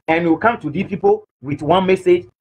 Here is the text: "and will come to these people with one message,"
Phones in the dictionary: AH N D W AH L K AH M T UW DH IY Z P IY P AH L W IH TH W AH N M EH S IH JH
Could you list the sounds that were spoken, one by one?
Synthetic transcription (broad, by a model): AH N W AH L K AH M T UW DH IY P IY P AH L W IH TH W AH N M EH S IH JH